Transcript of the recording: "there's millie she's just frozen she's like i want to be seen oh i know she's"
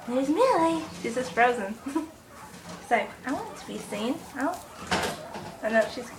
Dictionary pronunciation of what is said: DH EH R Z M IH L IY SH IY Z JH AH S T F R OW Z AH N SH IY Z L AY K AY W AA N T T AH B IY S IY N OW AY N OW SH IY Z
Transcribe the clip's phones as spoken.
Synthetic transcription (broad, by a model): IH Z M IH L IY SH IY Z JH AH S T F R OW Z AH N S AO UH AY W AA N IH T AH B IY S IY N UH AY N OW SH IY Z